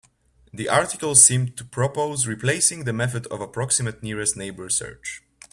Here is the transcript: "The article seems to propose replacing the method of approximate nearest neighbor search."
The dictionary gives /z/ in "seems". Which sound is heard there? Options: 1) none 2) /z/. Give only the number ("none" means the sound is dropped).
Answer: 1